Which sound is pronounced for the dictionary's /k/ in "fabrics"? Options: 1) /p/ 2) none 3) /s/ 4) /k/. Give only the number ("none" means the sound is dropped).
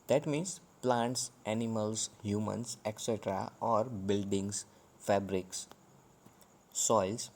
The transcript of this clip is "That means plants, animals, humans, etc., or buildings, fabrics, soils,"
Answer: 4